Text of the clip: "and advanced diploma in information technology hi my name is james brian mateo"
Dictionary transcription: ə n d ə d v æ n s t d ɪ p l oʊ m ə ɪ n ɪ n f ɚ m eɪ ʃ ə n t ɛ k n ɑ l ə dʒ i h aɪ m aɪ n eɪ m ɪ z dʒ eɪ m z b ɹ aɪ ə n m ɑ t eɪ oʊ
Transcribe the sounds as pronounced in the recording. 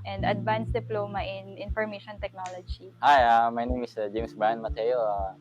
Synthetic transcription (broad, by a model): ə n d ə d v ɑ n s d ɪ p l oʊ m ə ɪ n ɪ n f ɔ m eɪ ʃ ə n t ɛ k n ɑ l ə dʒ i h aɪ m aɪ n eɪ m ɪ s dʒ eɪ m s b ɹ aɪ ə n m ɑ t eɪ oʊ